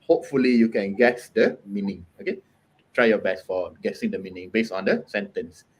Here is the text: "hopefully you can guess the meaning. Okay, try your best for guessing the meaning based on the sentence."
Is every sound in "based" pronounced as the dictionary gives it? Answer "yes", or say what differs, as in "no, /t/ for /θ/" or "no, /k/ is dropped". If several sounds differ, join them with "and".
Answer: no, /t/ is dropped